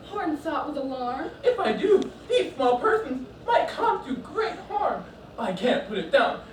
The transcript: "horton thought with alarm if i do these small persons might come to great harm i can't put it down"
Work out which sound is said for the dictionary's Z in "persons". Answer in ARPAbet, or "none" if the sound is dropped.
Z